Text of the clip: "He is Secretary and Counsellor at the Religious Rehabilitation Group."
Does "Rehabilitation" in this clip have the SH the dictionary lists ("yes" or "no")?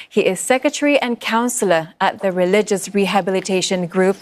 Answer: yes